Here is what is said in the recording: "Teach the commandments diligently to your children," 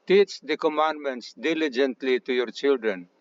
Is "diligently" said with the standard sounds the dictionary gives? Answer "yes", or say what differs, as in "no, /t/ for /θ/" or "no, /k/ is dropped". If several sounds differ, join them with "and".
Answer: yes